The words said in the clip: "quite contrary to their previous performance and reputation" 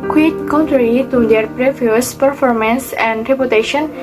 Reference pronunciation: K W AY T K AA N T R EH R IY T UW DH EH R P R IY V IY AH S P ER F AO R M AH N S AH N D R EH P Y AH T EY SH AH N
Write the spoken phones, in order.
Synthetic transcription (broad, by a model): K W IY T K AA N T R EH R IY T UW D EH R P R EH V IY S P ER F AO R M AH N S AH N D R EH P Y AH T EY SH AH N